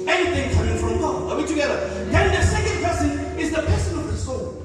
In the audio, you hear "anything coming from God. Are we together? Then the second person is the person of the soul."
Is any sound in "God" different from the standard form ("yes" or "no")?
yes